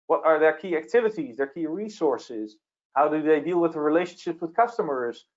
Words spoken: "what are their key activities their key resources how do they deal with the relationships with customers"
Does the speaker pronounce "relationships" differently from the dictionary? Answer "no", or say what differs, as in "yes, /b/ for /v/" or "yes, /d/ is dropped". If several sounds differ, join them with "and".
yes, /s/ is dropped